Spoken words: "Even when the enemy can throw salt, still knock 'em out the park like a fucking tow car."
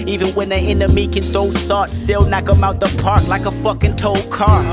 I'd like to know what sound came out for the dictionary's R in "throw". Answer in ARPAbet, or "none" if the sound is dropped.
none